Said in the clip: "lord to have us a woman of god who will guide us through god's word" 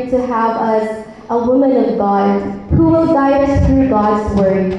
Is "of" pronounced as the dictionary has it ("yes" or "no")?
yes